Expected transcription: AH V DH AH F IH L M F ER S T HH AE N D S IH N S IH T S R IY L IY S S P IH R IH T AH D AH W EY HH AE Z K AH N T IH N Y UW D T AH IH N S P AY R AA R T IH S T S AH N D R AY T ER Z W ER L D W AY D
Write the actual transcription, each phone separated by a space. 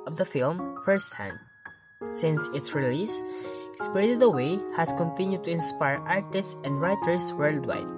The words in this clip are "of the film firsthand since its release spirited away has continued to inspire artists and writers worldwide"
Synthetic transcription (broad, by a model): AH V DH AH F IH L M F ER S T HH AE N D S IH N S IH T S R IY L IY S S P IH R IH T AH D AH W EY HH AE S K AH N T IH N Y UW D T AH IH N S P AY R AA R T IH S T S AH N D R AY T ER S W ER L D W AY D